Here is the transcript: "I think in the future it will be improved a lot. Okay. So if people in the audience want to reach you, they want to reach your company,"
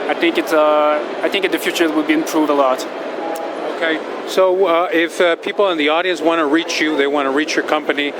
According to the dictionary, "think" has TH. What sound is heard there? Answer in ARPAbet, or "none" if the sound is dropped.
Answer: TH